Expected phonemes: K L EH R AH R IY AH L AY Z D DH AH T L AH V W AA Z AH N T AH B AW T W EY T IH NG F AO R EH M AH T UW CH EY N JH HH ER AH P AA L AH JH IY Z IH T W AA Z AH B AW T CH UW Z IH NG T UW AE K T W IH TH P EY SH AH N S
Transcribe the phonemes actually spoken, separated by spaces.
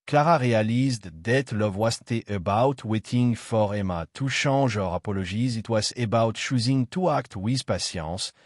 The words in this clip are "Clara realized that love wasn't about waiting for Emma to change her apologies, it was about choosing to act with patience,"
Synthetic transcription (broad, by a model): K L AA R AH R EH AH L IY Z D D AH T L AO V W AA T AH T AH B AW T W EY T IH NG F AO R EH M AH T UW SH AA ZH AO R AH P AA L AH ZH IY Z IH T W AA Z AH B AW T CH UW Z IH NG T UW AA K T W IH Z P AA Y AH S